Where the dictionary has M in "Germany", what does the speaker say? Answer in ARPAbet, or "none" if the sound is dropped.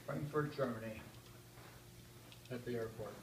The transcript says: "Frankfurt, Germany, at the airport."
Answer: M